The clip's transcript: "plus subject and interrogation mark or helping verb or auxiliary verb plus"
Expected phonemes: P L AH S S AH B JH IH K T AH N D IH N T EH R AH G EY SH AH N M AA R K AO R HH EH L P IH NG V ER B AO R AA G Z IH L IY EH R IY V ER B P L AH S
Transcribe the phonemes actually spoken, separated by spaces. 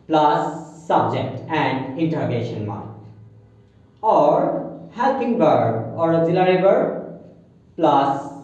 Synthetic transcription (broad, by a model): P L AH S S AH B JH IH K T AH N D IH N T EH R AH G EY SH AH N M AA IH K AO R HH EH L P IH NG B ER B AO R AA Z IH L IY R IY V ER P L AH S